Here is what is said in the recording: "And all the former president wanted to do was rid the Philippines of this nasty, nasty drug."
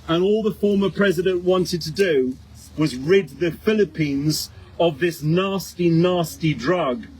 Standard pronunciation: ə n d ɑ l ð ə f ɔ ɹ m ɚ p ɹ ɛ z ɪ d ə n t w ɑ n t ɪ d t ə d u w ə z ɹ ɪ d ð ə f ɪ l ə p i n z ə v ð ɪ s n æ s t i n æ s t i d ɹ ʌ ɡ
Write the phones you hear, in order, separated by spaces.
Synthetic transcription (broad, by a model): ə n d ɑ l ð ə f ɔ ɹ m ɚ p ɹ ɛ z ɪ d ə n t w ɑ n t ɪ d t ə d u w ə z ɹ ɪ d ð ə f ɪ l ə p i n z ə v ð ɪ s n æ s t i n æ s t i d ɹ ʌ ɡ